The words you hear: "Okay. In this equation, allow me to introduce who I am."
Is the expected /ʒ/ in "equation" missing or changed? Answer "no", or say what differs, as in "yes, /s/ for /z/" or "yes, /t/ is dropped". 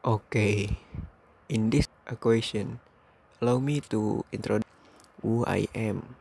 yes, /s/ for /ʒ/